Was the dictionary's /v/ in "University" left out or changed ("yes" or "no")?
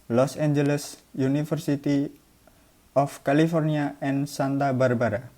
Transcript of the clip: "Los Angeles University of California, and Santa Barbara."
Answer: yes